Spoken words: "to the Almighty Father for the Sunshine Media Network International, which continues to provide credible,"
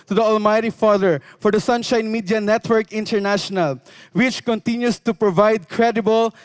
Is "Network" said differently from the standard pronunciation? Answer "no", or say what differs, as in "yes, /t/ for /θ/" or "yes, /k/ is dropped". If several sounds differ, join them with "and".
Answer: no